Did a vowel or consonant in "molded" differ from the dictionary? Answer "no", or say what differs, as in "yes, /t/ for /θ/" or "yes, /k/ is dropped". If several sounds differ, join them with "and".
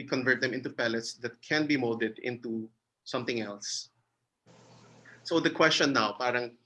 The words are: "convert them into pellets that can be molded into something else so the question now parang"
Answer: yes, /l/ is dropped